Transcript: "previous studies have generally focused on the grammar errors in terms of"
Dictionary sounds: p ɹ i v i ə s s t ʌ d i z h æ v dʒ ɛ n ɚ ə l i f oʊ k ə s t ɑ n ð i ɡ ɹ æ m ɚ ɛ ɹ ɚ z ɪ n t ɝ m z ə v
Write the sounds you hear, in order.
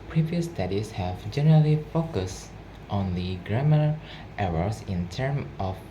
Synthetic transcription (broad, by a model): p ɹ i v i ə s s t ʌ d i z h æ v dʒ ɛ n ɚ ə l i f oʊ k ə s t ɑ n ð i ɡ ɹ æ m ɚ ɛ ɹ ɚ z ɪ n t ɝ m ə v